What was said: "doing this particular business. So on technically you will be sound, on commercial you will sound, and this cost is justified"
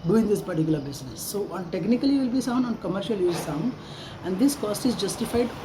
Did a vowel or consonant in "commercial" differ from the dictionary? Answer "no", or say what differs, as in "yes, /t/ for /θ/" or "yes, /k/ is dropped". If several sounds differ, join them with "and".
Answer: no